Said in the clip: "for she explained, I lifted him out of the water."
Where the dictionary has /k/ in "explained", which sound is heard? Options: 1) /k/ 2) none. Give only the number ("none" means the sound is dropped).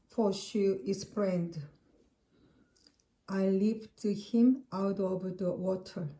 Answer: 2